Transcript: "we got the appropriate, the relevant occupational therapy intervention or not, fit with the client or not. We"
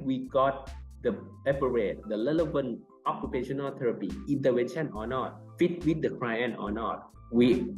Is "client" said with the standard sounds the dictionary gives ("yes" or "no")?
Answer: no